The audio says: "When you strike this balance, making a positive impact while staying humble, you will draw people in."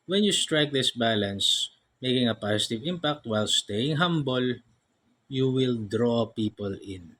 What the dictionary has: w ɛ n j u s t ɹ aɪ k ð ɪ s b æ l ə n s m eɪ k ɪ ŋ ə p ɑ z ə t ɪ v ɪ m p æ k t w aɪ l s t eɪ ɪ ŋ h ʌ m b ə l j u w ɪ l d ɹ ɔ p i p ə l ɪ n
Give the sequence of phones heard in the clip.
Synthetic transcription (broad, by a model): w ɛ n j u s t ɹ aɪ k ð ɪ s b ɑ l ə n s m eɪ k ɪ ŋ ə p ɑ s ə t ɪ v ɪ m p æ k t w aɪ l s t eɪ ɪ ŋ h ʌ m b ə l j u w ɪ l d ɹ ɔ p i p ə l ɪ n